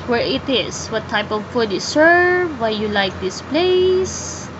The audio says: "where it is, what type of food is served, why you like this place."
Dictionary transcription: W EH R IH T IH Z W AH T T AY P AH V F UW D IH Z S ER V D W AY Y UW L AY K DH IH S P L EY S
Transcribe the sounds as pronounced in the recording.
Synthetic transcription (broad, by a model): W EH R IH T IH S W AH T T AY P AH V F UW D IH S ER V W AY Y UW L AY K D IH S P L EY S